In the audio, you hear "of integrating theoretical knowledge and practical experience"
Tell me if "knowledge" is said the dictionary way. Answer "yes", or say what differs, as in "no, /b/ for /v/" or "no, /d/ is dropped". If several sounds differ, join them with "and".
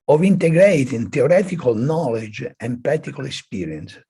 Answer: yes